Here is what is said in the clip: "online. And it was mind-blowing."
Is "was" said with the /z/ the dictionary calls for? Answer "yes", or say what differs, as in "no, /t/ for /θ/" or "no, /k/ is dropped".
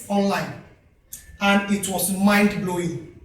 no, /s/ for /z/